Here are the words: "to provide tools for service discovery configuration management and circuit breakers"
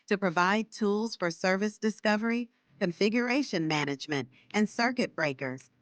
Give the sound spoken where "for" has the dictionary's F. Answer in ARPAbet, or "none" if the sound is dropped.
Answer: F